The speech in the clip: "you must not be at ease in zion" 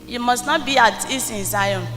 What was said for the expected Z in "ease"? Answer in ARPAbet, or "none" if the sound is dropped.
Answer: S